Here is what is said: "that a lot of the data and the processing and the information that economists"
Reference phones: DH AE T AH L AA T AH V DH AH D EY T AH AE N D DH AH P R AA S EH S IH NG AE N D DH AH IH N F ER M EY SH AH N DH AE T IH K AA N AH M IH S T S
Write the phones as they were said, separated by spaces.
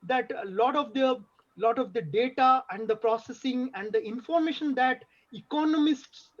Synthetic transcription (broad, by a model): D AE T AH L AA T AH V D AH D EY T AH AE N D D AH P R AA S EH S IH NG AE N D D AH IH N F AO M EY SH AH N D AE T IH K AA N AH M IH S T S